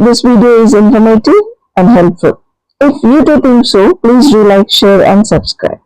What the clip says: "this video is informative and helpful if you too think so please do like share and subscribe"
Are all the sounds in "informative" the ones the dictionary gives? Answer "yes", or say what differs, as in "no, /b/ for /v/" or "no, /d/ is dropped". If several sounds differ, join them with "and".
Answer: no, /v/ is dropped